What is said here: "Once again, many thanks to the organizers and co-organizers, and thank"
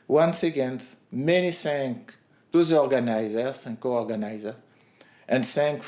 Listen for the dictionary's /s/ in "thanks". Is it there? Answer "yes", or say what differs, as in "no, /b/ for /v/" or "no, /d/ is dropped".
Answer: no, /s/ is dropped